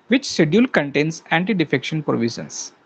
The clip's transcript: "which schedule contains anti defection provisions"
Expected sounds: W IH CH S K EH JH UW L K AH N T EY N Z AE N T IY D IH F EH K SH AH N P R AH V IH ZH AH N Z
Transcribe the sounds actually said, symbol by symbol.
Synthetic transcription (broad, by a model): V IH CH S EH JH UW L K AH N T EY N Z AE N T IY D IH F EH K SH AH N P R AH V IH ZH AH N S